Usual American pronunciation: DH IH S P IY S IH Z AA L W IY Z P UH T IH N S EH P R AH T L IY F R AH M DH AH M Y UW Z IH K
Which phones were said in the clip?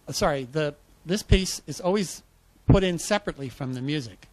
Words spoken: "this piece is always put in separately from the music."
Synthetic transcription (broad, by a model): DH IH S P IY S IH Z AA L W IY Z P UH T IH N S EH P R AH T L IY F R AH M DH AH M Y UW Z IH K